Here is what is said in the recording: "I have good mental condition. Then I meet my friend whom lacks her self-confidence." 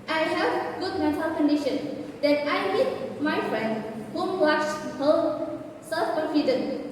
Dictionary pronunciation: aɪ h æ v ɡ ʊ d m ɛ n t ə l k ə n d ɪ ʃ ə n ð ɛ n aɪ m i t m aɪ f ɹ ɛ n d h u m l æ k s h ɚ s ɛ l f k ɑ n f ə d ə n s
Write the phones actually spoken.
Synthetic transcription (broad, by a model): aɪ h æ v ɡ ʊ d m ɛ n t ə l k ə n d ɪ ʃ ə n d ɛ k aɪ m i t m aɪ f ɹ ɛ n d h u m w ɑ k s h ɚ s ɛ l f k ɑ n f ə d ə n